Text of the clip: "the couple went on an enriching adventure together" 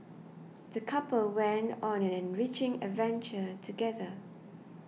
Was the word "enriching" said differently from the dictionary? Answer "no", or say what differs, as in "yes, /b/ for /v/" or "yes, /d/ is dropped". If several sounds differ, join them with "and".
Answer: no